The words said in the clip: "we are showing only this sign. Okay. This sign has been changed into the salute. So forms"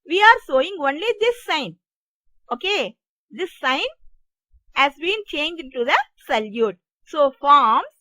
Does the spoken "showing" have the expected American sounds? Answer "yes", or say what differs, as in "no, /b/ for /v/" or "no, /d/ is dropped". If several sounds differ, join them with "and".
no, /s/ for /ʃ/